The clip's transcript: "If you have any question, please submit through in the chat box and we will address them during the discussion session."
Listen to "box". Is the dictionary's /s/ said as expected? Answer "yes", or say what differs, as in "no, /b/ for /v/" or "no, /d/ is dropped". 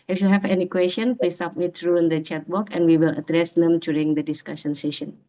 no, /s/ is dropped